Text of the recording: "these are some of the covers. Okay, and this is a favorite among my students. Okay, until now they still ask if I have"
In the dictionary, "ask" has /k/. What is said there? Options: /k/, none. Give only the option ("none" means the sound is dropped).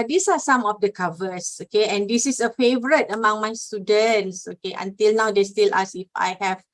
none